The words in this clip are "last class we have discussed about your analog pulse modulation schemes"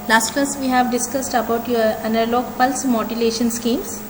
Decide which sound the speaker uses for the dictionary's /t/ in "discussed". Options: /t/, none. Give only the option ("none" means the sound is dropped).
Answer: /t/